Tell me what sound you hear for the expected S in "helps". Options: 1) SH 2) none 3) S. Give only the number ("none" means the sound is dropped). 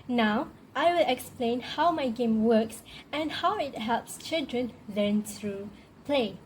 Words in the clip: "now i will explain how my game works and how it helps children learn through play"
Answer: 3